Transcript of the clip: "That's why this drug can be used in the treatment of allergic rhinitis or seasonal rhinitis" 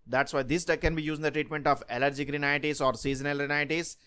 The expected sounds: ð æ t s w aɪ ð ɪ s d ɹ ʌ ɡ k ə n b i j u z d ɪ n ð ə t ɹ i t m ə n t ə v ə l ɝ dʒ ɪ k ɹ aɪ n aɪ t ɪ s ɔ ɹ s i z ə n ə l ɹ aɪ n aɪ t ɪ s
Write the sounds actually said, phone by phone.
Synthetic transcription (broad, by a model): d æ t s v aɪ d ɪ s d ʌ k ə n b i j u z ɪ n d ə t ɹ i t m ə n t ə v ə l ɝ dʒ ɪ k ɹ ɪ n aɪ t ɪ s ɔ ɹ s i z ə n ə l ɹ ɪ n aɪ t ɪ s